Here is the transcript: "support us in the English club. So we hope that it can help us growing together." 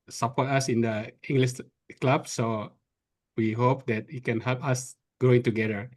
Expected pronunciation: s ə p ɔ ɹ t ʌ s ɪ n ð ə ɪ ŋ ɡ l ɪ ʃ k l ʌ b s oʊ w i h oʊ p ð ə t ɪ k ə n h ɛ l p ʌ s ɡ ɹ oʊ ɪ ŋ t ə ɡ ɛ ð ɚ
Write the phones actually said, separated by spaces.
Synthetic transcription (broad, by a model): s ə p ɔ t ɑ s ɪ n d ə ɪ ŋ ɡ l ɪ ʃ k l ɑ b s oʊ w i h oʊ p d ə t ɪ k ə n h ɛ l p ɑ s ɡ ɹ oʊ ɪ ŋ t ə ɡ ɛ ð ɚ